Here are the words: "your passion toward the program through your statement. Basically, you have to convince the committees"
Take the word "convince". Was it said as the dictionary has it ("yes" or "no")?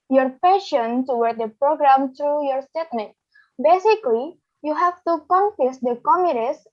no